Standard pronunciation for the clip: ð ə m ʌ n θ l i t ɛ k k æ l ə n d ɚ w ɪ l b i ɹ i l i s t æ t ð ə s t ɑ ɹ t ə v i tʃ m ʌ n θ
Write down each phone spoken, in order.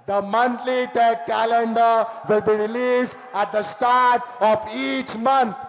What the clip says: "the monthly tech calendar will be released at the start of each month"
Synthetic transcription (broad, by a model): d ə m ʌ n t l i t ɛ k k æ l ə n d ɚ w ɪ l b i ɹ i l i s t æ t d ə s t ɑ ɹ t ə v i tʃ m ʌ n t